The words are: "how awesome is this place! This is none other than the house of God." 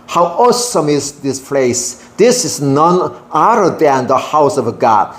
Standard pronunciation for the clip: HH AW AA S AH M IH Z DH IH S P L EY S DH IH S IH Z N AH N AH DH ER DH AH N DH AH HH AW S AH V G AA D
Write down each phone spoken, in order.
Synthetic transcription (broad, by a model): HH AW AA S AH M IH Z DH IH S P L EY S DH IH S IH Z N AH N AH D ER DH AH N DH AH HH AW S AH V G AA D